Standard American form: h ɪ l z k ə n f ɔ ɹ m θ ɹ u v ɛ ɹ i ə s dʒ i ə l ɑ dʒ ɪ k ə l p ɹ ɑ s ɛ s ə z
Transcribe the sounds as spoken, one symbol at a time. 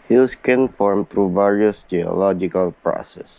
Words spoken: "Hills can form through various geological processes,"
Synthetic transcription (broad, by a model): h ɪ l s k ə n f ɔ ɹ m t ɹ u v ɛ ɹ i ə s dʒ i ə l ɑ dʒ ɪ k ə l p ɹ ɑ s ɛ s